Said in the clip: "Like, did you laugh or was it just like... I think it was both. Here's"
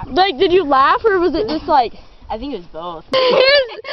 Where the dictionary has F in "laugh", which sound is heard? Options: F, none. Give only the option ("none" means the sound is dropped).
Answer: F